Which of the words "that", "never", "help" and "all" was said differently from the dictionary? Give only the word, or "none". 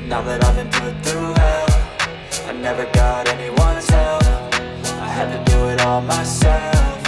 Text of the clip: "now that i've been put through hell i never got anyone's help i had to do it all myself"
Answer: help